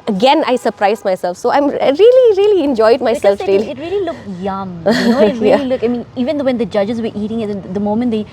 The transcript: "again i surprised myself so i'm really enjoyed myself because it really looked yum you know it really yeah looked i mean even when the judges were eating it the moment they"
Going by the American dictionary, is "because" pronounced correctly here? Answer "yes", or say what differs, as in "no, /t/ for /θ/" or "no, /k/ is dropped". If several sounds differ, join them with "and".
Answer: no, /z/ is dropped